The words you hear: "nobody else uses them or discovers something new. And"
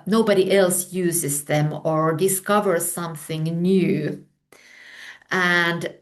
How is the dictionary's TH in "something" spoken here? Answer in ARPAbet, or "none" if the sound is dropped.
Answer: TH